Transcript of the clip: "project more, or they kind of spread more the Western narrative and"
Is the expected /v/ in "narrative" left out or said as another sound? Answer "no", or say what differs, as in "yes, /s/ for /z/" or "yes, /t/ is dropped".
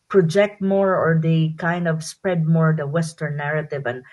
no